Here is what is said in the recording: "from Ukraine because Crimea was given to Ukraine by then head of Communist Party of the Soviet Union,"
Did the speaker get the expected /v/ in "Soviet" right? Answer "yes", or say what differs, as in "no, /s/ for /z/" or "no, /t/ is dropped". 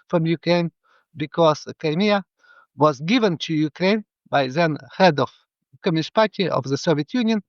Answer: yes